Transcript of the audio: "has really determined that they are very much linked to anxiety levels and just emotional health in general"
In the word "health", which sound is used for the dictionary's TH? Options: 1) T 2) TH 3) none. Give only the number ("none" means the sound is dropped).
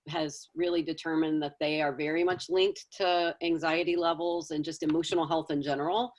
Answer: 2